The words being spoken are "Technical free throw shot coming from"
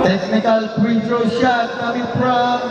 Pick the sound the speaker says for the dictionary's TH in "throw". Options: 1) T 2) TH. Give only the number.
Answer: 1